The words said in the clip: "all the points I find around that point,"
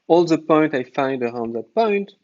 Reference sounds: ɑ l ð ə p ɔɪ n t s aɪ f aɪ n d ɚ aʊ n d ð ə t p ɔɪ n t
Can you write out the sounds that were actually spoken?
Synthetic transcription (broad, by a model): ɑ l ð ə p ɔɪ n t aɪ f aɪ n d ɚ aʊ n d ð ə t p ɔɪ n t